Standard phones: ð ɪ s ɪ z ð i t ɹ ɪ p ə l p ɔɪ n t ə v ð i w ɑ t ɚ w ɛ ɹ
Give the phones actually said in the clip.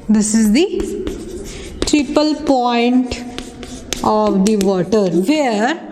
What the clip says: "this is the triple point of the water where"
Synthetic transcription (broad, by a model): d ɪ s ɪ z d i t ɹ ɪ p ə l p ɔɪ n t ə v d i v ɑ t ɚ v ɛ ɹ